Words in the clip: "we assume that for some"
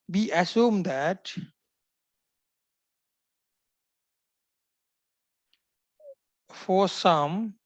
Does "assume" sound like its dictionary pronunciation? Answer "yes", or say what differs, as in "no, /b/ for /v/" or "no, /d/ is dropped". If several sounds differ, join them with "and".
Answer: yes